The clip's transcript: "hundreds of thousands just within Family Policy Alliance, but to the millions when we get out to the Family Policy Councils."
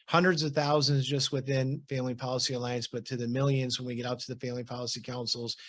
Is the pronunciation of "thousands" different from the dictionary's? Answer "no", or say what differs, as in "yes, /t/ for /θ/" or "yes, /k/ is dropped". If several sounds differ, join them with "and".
no